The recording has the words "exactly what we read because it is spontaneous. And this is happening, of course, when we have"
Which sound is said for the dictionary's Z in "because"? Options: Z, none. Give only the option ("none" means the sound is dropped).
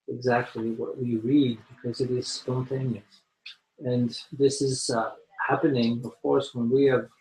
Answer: Z